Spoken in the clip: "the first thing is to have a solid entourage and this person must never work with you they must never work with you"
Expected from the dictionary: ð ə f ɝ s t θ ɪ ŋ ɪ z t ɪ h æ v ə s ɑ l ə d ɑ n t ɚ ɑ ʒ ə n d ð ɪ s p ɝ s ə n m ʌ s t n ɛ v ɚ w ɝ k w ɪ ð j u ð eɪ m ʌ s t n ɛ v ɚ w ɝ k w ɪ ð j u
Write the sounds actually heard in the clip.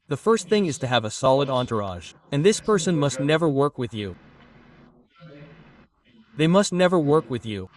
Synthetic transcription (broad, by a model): ð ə f ɝ s t θ ɪ ŋ ɪ z t ɪ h v ə s ɑ l ə d ɑ n t ɚ ɑ ʒ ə n ð ɪ s p ɝ s ə n m ʌ s t n ɛ v ɚ w ɝ k w ɪ ð j u ð eɪ m ʌ s t n ɛ v ɚ w ɝ k w ɪ ð j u